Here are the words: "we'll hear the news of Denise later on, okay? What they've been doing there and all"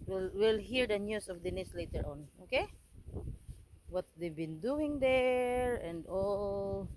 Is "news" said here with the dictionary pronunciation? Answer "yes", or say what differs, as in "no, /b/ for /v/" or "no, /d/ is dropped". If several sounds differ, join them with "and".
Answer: no, /s/ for /z/